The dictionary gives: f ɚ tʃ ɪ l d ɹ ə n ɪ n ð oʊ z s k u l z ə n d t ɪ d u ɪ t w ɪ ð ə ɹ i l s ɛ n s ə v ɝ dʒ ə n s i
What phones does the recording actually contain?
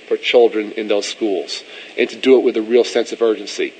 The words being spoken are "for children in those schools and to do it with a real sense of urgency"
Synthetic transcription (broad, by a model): f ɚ tʃ ɪ l d ɹ ə n ɪ n ð oʊ z s k u l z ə n t ɪ d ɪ ɪ t w ɪ ð ə ɹ i l s ɛ n s ə v ɝ dʒ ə n s i